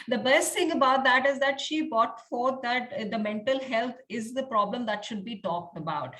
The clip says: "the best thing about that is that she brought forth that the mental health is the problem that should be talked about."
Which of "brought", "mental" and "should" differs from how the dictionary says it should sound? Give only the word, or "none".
brought